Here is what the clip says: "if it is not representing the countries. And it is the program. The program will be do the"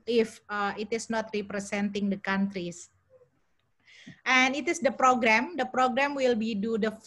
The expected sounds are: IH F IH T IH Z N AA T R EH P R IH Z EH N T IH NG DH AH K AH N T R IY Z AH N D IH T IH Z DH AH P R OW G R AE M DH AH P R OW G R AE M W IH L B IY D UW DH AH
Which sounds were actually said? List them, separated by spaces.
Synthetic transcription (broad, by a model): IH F IH T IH S N AA T R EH P R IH S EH N T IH NG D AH K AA N T R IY S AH N IH T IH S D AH P R OW G R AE M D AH P R OW G R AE M W IH L B IY D UW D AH